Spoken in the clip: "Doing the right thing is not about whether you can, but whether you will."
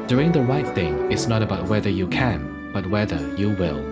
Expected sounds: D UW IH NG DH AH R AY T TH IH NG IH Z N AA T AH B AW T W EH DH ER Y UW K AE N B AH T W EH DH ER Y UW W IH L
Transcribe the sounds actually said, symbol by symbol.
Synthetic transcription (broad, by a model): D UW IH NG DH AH R AY T TH IH NG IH S N AA T AH B AW T W EH DH ER Y UW K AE N B AH T W EH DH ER Y UW W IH L